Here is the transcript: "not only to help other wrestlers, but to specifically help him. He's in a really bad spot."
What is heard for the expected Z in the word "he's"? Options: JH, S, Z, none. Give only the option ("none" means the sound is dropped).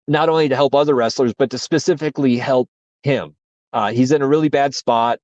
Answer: Z